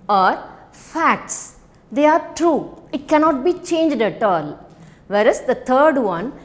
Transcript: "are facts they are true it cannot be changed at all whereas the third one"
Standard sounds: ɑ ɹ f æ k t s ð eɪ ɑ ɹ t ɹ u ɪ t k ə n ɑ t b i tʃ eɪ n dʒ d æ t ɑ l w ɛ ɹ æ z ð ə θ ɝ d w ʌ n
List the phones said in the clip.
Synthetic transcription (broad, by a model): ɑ ɹ f æ k t s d eɪ ɑ ɹ t ɹ u ɪ t k ə n ɑ t b i tʃ eɪ n dʒ d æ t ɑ l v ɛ ɹ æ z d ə t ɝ d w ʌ n